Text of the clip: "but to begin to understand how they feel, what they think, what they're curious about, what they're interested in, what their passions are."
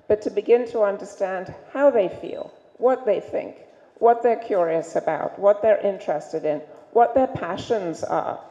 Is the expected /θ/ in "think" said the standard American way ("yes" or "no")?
yes